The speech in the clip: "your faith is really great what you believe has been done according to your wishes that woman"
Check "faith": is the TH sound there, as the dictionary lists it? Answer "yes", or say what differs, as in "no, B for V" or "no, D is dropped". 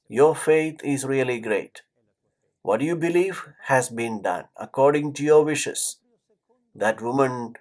no, T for TH